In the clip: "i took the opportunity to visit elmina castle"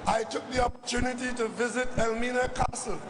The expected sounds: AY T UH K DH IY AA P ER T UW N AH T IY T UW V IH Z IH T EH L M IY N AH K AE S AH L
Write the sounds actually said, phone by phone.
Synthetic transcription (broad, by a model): AY T UH K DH IY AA P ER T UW N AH T IY T UW V IH Z IH T EH L M IY N AH K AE S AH L